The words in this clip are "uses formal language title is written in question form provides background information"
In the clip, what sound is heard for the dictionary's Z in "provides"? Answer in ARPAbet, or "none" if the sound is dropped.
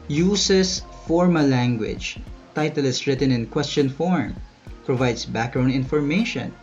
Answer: S